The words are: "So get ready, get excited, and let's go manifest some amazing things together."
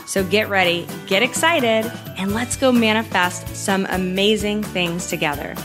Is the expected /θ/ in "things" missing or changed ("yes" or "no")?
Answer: no